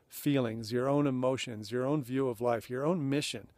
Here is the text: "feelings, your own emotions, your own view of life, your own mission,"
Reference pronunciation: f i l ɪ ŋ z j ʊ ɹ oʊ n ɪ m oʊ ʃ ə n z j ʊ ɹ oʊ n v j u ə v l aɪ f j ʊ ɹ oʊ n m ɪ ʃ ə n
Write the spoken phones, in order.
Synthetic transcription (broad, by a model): f i l ɪ ŋ z j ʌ ɹ oʊ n ɪ m oʊ ʃ ə n z j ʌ ɹ oʊ n v j u ə v l aɪ f j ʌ ɹ oʊ n m ɪ ʃ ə n